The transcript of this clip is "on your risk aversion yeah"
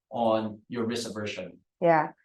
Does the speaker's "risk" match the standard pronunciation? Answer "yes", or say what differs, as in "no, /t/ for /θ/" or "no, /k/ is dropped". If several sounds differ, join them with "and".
no, /k/ is dropped